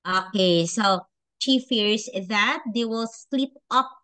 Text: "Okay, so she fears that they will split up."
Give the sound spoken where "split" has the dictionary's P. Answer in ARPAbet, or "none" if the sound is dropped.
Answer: none